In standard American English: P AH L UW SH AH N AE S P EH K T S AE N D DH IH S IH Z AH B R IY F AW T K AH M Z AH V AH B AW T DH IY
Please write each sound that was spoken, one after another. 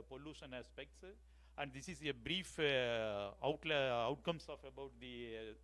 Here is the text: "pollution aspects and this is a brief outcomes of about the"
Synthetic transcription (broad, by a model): P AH L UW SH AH N AE S P EH K T S AE N D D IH S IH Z AH B R IY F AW T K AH M S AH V AH B AW T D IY